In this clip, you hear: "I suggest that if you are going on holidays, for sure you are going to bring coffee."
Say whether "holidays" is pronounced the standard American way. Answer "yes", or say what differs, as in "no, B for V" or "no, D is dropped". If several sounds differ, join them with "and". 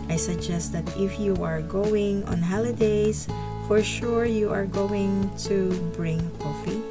no, S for Z